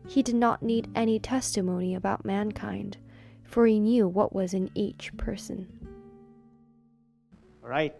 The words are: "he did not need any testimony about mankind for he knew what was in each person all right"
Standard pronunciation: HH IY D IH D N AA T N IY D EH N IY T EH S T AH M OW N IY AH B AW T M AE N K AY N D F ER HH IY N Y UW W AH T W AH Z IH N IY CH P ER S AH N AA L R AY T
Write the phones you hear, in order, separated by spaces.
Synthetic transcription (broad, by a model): HH IY D IH D N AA T N IY D EH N IY T EH S T AH M OW N IY AH B AW T M AE N K AY N D F ER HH IY N Y UW W AH T W AH Z IH N IY CH P ER S AH N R AY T